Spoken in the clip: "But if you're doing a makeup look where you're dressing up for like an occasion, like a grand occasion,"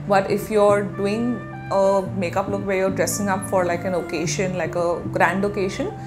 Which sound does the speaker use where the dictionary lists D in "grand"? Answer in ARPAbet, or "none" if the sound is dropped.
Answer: D